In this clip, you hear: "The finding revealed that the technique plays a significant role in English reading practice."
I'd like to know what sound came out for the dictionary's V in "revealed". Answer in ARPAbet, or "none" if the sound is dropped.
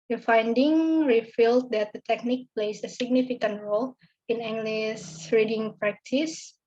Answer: F